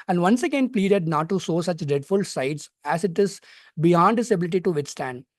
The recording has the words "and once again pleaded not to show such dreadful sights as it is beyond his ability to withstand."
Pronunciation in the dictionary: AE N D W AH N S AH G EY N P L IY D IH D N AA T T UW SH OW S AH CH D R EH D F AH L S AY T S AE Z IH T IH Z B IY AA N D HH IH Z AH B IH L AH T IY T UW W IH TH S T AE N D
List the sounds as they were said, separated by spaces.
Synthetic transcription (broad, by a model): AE N D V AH N S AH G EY N P L IY D IH D N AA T T UW S OW S AH CH D R EH D F AH L S AY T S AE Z IH T IH Z B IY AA N D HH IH S AH B IH L AH T IY T UW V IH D S T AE N D